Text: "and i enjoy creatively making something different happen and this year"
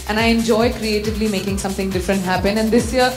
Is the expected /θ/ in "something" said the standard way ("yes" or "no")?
no